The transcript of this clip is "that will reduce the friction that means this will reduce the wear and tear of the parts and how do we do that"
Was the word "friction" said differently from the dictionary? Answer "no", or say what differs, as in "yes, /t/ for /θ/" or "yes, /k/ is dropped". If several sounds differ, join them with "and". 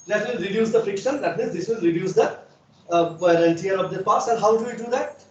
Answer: no